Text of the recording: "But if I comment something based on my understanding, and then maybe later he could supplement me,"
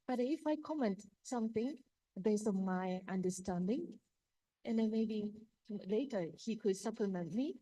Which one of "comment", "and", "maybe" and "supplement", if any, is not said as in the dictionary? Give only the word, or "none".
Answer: none